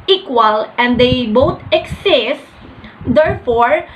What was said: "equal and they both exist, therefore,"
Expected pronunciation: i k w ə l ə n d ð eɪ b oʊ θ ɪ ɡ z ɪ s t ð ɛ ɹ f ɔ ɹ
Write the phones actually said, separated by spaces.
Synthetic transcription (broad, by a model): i k w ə l ə n d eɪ b oʊ t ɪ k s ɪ s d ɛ ɹ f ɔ ɹ